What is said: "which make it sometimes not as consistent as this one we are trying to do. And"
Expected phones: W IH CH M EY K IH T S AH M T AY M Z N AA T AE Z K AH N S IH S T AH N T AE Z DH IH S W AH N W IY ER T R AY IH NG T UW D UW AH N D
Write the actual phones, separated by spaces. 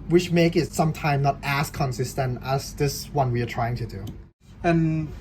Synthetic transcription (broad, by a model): W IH CH M EY K IH T S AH M T AY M N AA T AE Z K AH N S IH S T AH N T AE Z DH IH S W AH N W IY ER T R AY IH NG T UW D UW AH N